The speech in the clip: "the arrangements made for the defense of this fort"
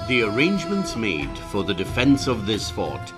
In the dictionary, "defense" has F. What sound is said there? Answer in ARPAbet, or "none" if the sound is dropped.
F